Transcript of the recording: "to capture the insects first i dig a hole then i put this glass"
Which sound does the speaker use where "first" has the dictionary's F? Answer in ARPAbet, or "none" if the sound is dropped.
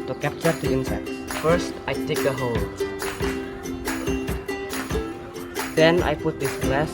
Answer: F